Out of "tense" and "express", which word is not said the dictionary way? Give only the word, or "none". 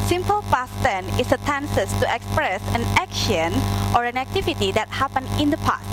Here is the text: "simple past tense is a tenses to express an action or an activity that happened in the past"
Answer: tense